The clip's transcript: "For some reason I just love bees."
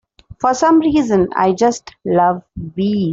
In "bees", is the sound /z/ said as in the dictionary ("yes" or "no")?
no